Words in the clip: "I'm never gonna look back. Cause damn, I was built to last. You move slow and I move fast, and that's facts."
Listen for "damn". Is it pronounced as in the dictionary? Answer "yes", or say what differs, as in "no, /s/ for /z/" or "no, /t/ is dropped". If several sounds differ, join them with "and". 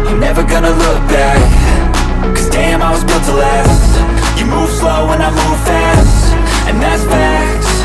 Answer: yes